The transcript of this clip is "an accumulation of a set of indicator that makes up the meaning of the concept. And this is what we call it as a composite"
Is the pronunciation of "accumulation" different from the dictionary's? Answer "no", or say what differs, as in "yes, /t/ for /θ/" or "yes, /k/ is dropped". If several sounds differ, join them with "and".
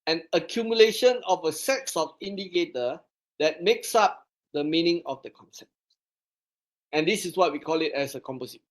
no